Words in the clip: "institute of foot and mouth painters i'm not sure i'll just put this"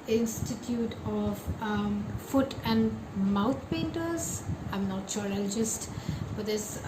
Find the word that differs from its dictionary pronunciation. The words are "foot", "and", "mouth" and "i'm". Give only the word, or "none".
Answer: mouth